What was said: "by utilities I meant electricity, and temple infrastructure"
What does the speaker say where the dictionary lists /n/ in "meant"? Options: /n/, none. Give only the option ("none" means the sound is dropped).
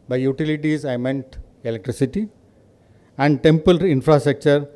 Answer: /n/